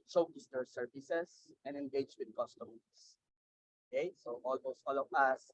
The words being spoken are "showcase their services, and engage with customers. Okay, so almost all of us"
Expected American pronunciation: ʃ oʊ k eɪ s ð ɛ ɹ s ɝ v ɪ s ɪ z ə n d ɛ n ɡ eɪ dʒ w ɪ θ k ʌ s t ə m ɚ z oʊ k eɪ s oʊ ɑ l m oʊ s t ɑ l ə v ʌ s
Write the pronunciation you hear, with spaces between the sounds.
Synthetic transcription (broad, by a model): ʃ oʊ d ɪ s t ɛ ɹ s ɝ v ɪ s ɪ s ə n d ɛ n ɡ eɪ dʒ w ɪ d k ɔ s t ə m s oʊ k eɪ s oʊ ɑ l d oʊ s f ɑ l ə w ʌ s